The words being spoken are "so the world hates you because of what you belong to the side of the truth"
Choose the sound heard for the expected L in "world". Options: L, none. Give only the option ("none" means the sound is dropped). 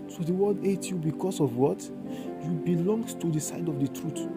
none